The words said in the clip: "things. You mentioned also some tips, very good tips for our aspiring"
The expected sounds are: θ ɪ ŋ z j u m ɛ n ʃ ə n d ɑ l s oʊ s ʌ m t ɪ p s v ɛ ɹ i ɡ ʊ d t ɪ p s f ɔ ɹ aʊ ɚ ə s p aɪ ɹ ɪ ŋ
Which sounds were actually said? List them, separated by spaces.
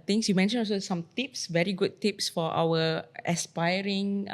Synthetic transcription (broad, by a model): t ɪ ŋ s j u m ɛ n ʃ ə n ɑ l s oʊ s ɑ m t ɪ p s v ɛ ɹ i ɡ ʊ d t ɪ p s f ɔ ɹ aʊ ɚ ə s p aɪ ɹ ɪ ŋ